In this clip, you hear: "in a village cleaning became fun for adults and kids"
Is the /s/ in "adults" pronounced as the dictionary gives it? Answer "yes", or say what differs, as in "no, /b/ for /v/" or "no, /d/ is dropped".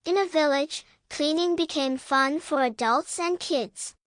yes